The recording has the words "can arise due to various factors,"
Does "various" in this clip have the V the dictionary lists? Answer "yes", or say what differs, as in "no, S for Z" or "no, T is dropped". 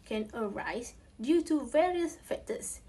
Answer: yes